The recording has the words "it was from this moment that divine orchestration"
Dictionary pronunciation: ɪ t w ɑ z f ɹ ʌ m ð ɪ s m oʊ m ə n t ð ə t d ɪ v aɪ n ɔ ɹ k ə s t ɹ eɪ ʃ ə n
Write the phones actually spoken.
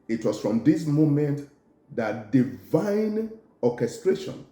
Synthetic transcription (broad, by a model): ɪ t w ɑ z f ɹ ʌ m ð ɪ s m oʊ m ə n t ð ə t d ɪ v aɪ n ɔ k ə s t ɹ eɪ ʃ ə n